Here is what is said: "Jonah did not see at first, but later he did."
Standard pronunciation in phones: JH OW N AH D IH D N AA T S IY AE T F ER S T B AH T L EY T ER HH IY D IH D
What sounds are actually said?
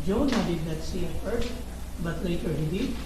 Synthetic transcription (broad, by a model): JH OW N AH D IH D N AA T S IY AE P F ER T B AH T L EY T ER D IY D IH